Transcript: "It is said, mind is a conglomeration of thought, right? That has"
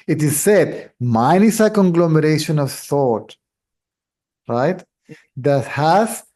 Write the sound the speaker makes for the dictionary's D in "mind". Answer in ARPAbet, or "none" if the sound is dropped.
none